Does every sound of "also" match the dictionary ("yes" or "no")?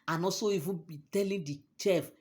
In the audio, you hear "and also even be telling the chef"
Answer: no